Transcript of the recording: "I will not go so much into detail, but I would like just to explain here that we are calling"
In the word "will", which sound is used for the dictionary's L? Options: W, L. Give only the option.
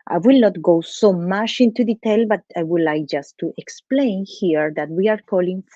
L